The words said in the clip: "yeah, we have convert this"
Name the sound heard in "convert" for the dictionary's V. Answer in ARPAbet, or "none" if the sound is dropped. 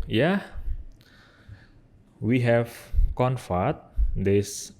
F